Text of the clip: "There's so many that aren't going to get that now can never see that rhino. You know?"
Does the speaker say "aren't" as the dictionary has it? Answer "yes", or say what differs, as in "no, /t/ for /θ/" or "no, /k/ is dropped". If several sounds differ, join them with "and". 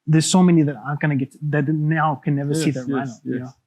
no, /ɹ/ is dropped